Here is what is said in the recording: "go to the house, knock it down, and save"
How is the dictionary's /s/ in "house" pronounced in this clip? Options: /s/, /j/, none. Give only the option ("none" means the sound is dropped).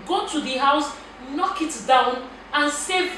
/s/